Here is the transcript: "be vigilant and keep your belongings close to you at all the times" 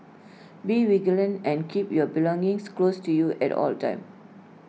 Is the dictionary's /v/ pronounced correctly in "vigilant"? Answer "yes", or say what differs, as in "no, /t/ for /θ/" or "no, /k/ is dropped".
no, /w/ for /v/